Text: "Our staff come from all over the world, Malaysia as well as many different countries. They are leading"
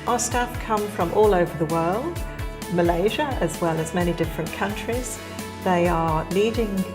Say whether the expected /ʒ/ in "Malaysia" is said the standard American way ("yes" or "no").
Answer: yes